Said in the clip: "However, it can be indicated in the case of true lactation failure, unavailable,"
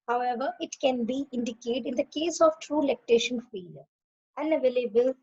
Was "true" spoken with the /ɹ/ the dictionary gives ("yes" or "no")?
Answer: yes